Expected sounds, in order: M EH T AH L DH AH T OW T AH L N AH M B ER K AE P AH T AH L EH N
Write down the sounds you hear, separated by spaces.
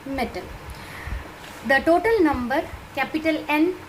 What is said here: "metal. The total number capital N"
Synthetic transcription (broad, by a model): M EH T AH L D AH T OW T AH L N AH M B ER K AE P AH T AH L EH N